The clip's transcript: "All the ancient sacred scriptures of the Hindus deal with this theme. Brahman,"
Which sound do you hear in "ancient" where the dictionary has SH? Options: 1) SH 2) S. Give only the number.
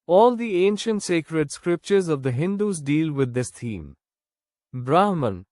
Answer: 1